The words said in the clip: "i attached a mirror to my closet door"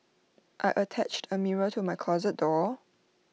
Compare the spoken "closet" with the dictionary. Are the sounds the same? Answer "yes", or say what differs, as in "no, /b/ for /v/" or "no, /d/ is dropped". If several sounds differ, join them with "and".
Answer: yes